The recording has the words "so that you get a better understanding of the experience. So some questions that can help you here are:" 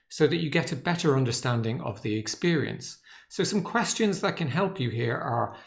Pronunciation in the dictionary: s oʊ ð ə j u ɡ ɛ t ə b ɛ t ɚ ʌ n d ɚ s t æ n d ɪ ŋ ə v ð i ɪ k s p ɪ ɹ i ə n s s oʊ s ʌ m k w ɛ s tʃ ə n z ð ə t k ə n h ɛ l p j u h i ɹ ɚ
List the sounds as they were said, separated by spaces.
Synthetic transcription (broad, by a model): s oʊ ð ə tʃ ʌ ɡ ɛ t ə b ɛ t ɚ ʌ n d ɚ s t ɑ n d ɪ ŋ ə v ð i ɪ k s p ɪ ɹ i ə n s s oʊ s ʌ m k w ɛ s tʃ ə n z ð ə t k ə n h ɛ l p j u h i ɹ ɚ